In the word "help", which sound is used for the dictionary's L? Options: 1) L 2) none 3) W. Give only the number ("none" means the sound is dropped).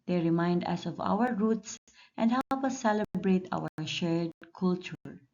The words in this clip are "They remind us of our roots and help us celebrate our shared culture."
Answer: 2